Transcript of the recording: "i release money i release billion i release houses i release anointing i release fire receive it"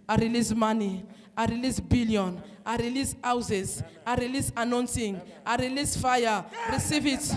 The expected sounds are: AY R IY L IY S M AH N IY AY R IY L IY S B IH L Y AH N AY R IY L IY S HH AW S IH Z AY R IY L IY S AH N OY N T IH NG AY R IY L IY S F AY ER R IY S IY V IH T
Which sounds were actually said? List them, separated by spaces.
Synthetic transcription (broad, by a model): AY R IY L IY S M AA N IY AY R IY L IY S B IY L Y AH N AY R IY L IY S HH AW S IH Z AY R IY L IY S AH N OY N S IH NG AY R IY L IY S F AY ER R IY S IY V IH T